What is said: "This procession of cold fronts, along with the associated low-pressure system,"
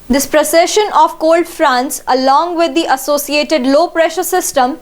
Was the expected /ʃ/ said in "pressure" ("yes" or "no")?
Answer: yes